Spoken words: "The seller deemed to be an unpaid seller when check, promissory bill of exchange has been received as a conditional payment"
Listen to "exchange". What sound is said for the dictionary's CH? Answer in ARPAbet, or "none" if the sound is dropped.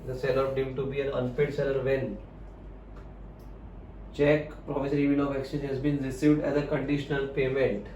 none